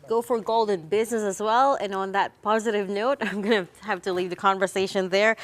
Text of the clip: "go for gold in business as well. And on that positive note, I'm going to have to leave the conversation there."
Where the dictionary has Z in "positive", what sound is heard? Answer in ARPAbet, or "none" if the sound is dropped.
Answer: Z